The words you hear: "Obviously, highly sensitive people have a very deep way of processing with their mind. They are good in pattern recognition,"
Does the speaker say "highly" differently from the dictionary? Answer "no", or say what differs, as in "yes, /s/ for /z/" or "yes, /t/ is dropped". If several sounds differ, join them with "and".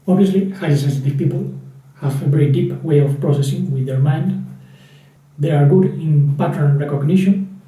yes, /l/ is dropped